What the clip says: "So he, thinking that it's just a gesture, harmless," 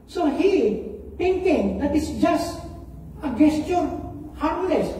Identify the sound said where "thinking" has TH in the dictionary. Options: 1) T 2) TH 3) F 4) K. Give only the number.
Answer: 1